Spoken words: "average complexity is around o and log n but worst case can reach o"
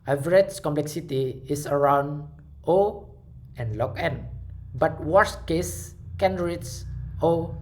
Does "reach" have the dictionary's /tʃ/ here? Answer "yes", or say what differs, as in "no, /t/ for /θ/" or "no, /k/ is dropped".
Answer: no, /s/ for /tʃ/